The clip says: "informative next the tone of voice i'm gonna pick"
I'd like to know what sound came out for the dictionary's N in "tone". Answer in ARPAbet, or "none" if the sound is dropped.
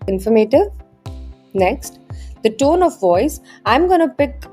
N